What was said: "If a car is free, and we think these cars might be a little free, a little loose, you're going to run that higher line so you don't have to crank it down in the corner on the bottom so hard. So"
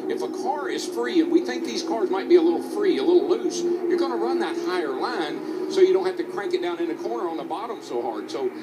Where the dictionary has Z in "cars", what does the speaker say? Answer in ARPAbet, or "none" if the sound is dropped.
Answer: Z